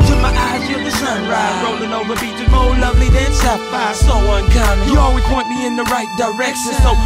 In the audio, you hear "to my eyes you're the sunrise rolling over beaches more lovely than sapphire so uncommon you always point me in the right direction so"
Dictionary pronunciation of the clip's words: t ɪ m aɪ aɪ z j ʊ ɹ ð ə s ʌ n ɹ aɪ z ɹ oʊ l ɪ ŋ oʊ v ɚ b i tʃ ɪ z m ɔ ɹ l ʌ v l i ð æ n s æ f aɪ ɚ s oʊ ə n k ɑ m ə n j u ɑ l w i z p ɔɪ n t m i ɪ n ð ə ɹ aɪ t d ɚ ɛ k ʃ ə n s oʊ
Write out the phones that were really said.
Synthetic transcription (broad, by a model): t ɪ m aɪ aɪ z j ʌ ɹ ð ə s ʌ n ɹ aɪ ɹ oʊ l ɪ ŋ oʊ v ɚ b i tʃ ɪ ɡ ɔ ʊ l ʌ v l i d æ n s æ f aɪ s oʊ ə n k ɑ ə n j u ɑ l w i z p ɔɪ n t m i ɪ n ð ə ɹ aɪ t d ɚ ɛ k ʃ ə n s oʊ